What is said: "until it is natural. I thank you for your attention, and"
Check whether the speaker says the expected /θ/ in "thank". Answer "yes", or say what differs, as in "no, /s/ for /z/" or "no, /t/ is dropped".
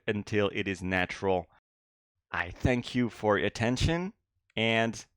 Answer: yes